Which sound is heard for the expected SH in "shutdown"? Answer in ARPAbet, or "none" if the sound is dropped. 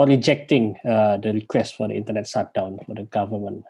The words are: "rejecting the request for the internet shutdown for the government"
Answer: S